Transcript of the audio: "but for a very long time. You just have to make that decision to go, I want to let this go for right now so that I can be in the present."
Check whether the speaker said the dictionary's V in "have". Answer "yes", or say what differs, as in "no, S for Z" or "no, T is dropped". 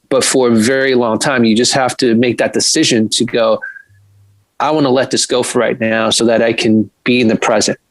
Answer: no, F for V